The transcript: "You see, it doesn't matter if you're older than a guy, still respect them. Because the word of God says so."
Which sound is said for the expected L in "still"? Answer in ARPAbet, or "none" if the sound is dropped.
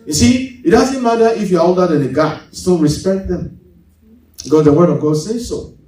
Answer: N